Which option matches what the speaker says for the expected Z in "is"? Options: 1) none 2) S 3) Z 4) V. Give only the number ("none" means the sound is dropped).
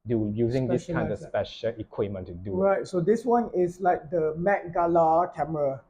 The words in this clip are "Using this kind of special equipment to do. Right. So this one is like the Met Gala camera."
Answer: 2